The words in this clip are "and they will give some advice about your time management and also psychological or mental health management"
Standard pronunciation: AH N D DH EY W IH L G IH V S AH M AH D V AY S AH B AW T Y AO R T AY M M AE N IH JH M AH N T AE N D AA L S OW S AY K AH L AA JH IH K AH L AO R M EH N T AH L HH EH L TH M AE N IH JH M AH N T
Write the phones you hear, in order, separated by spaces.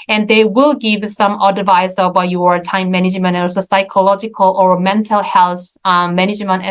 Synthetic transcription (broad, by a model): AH N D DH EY W IH L G IH V S AH M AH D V AY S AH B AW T Y AO R T AY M M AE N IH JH M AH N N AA S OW S AY K AH L AA JH IH K AH L AO R M EH N T AH L HH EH L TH M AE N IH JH M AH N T